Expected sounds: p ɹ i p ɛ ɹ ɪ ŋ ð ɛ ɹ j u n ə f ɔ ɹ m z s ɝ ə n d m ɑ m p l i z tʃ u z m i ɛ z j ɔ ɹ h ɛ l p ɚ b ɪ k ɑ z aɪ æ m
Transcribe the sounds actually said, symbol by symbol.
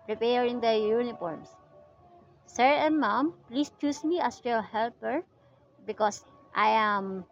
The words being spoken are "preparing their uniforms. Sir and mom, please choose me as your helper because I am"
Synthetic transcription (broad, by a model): p ɹ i p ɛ ɹ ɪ ŋ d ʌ j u n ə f ɔ ɹ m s s ɝ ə n m ɑ m p l i s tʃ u s m i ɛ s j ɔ h ɛ l p ɚ b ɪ k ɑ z aɪ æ m